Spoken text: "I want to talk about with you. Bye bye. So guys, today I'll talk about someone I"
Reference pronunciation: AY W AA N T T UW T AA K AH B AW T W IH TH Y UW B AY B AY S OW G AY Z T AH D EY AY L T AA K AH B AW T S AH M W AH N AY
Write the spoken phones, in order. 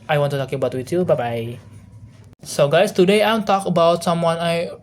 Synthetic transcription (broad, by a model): AY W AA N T T UW T AA K AH B AW T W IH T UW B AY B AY S OW G AY S T AH D EY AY N T AA K AH B AW T S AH M W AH N AY